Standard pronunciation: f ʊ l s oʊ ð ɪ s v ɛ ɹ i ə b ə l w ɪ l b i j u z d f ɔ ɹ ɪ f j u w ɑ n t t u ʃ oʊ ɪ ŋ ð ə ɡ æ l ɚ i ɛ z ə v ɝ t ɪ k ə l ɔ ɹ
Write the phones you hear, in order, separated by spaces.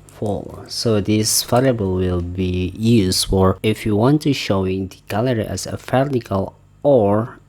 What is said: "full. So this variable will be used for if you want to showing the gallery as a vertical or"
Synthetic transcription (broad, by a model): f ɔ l s oʊ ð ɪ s f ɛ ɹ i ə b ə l w ɪ l b i j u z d f ɔ ɹ ɪ f j u w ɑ n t t u ʃ oʊ ɪ ŋ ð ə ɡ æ l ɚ i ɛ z ə f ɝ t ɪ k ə l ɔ ɹ